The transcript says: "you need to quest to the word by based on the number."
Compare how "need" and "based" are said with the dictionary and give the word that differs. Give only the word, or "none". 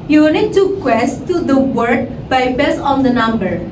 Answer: based